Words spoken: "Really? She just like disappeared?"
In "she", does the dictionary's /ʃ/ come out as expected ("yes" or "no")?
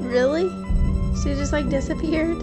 no